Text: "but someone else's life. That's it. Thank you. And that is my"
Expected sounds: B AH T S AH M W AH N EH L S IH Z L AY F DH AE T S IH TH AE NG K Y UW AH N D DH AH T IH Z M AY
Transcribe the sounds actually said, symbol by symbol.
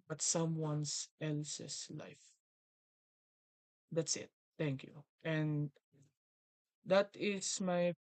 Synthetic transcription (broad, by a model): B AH T S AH M W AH N EH L S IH S L AY F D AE T S IH T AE NG K Y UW AH N D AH T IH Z M AY